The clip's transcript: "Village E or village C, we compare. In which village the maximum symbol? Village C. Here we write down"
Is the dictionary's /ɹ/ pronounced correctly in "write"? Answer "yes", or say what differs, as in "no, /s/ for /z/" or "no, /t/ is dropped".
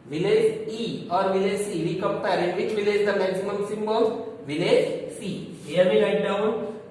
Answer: no, /l/ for /ɹ/